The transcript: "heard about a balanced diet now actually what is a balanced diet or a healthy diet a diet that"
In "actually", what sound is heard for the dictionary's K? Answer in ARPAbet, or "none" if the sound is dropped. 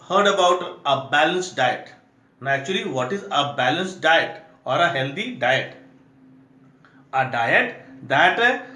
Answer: none